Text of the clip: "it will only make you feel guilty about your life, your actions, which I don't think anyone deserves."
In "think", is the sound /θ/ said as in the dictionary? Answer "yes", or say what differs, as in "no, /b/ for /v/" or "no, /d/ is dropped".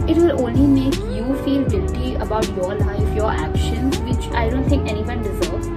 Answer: no, /t/ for /θ/